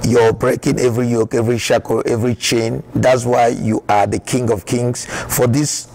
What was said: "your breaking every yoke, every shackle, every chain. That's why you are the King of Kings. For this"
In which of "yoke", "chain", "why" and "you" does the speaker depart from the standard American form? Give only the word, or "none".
none